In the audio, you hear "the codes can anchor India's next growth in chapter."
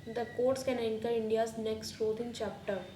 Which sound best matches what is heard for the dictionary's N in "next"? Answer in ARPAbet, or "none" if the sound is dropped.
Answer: N